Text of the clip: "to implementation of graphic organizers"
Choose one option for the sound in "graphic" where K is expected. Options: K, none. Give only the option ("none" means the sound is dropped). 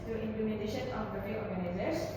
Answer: none